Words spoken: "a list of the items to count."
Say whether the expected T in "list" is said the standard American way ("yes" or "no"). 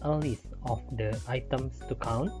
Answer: no